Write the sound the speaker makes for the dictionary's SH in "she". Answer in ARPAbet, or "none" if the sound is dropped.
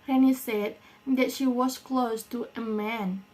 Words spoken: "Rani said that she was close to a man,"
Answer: SH